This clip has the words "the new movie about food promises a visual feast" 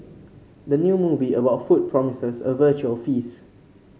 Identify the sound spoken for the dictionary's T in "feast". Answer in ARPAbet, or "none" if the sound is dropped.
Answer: none